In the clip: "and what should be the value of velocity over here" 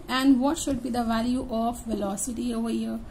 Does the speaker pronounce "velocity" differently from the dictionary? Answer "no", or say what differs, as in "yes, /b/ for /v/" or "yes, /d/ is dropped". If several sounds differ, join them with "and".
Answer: no